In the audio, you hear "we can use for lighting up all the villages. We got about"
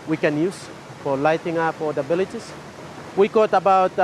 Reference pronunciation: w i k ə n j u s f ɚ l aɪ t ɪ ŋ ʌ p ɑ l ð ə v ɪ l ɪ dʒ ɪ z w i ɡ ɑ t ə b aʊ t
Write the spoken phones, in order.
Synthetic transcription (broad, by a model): w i k ə n j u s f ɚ l aɪ t ɪ ŋ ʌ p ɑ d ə b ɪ l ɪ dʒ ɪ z w i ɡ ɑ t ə b aʊ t